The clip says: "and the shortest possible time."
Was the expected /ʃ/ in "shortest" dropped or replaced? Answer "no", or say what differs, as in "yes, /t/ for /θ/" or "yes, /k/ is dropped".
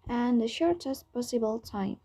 no